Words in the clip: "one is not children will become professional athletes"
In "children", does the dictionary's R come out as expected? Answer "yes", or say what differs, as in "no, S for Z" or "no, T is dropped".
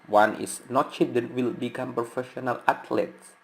no, R is dropped